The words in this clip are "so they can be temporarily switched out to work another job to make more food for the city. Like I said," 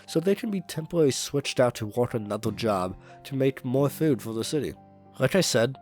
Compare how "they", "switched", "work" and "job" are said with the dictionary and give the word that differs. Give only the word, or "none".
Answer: work